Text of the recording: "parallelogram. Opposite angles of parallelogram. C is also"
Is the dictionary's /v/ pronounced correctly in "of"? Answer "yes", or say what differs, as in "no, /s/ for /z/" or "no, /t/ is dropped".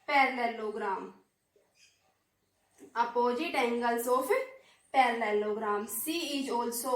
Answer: no, /p/ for /v/